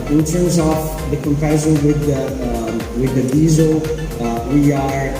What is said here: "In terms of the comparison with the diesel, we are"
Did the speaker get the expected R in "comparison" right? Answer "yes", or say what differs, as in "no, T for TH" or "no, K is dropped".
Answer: no, R is dropped